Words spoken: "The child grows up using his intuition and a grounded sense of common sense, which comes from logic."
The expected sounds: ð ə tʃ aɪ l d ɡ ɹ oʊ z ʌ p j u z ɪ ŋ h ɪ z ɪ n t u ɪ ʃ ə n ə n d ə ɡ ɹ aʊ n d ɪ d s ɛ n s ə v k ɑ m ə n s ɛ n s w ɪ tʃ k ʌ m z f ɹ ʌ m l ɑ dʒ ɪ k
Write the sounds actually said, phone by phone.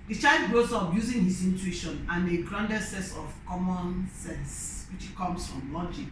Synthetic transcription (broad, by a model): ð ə tʃ aɪ l d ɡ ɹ oʊ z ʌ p j u z ɪ ŋ h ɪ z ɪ n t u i ʃ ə n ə n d ə ɡ ɹ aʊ n d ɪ s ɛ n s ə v k ɑ m ə n s ɛ n s w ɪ tʃ k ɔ m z f ɹ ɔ m l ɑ dʒ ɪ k